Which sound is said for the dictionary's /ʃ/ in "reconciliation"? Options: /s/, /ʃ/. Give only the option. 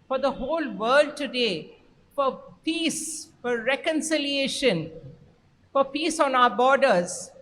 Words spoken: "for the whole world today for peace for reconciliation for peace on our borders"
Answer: /ʃ/